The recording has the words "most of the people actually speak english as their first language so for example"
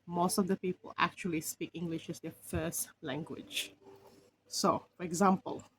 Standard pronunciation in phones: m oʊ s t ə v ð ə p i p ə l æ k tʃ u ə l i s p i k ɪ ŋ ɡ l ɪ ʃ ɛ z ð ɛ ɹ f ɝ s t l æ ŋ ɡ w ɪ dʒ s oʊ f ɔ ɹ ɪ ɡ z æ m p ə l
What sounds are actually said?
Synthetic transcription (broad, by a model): m oʊ s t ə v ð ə p i p ə l æ k tʃ u ə l i s p i k ɪ ŋ ɡ l ɪ ʃ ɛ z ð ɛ f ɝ s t l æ ŋ ɡ w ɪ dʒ s oʊ f ɔ ɹ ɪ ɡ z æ m p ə l